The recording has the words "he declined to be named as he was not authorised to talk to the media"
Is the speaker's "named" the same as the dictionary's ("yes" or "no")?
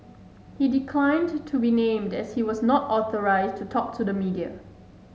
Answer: yes